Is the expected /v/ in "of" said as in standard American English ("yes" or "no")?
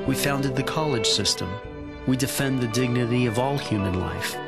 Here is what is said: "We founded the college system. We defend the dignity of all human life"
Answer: yes